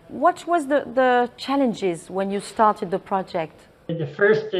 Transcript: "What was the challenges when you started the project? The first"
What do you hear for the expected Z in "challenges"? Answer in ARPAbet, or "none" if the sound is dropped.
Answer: Z